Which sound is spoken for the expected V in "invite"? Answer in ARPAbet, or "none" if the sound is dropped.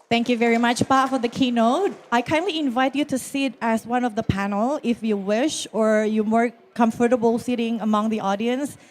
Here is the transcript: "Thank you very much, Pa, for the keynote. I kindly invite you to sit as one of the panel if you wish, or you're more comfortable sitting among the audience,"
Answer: V